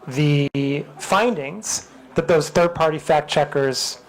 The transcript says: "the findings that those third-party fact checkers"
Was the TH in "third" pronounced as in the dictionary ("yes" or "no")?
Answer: yes